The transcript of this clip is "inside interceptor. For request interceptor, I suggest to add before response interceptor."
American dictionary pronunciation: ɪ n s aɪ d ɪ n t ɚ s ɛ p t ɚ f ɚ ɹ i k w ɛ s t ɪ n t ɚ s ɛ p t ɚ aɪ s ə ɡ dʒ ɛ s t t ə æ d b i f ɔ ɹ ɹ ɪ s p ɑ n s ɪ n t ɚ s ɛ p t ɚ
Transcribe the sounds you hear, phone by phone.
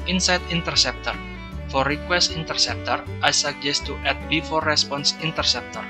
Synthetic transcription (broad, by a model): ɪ n s aɪ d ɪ n t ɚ s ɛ p t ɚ f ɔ ɹ i k w ɛ s t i n t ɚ s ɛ p t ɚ aɪ s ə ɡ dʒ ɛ s t t ə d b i f ɔ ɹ ɹ ɪ s p ɑ n s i n t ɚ s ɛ p t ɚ